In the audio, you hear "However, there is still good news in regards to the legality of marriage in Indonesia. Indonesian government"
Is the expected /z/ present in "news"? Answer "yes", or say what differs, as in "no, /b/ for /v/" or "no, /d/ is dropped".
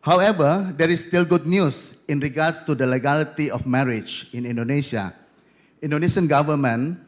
no, /s/ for /z/